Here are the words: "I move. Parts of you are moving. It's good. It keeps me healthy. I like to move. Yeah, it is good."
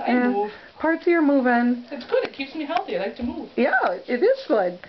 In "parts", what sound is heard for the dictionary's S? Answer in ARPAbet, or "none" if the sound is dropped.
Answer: none